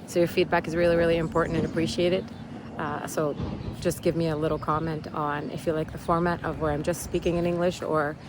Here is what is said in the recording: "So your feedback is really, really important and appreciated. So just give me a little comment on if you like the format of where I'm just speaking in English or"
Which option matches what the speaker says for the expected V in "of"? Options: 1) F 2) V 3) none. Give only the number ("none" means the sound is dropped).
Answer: 2